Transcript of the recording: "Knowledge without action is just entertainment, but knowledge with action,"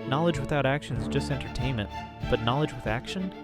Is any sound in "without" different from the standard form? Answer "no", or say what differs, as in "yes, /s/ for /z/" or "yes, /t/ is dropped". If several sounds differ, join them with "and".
no